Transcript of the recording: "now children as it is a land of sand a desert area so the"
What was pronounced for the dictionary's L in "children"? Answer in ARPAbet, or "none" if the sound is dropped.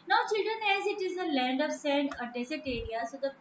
L